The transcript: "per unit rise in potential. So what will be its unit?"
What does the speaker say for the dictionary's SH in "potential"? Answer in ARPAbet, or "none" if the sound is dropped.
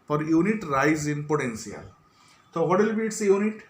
S